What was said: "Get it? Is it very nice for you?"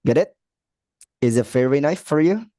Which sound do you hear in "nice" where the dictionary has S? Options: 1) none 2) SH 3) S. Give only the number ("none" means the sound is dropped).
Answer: 1